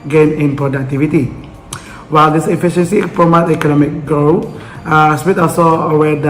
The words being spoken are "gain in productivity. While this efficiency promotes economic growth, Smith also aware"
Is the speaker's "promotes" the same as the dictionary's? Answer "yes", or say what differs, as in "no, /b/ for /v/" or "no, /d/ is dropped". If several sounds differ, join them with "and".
no, /s/ is dropped